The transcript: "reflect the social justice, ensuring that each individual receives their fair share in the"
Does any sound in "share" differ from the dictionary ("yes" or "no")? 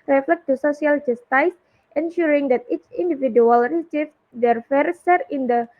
yes